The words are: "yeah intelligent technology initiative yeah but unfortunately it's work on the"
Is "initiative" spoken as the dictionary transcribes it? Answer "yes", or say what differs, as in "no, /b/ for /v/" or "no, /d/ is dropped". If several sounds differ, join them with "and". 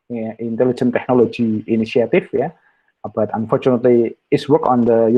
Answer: no, /f/ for /v/